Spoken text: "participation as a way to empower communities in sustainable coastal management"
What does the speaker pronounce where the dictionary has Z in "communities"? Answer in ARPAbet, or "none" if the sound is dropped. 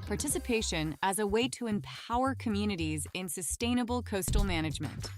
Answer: Z